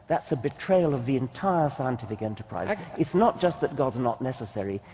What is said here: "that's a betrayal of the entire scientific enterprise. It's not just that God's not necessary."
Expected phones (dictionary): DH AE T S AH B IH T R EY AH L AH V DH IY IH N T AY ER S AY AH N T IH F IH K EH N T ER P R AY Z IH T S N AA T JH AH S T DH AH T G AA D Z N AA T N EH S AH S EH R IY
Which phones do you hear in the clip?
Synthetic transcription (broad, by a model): DH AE T S AH B IH T R EY AH L AH V DH IY IH N T AY ER S AY AH N T IH F IH K EH N T ER P R AY Z IH T S N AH T JH AH S T DH AH T G AA D Z N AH T N EH S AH S EH R IY